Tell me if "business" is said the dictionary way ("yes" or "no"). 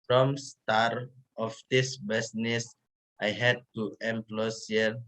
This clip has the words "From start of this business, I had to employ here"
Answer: no